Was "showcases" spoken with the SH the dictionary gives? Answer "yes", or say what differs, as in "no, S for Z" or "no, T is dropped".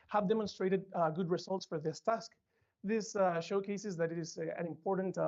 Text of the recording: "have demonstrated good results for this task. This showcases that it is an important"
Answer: yes